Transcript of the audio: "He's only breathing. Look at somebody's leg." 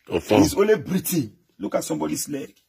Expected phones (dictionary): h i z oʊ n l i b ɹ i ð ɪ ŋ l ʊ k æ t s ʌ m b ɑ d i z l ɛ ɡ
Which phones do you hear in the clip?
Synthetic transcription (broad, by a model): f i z oʊ n l i b ɹ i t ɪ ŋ l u k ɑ t s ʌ m b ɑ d i s l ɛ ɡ